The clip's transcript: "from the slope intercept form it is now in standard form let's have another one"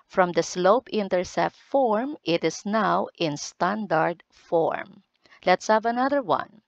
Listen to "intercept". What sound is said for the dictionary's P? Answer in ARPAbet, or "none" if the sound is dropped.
none